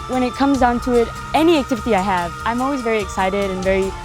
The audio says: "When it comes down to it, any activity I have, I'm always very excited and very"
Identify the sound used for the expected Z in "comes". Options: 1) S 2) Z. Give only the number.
2